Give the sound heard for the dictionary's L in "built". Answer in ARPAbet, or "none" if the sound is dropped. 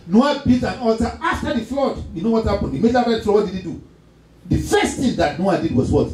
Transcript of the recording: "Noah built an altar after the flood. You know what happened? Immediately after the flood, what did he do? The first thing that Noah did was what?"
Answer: none